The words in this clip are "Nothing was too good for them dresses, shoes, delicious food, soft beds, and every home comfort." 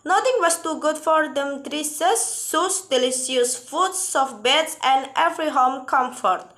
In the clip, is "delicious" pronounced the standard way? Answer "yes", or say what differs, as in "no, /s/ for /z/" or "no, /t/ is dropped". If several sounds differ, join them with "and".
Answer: no, /s/ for /ʃ/